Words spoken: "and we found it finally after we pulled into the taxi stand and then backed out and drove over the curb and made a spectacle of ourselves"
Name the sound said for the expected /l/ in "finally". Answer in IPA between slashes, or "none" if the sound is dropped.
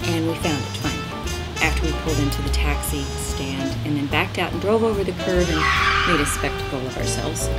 none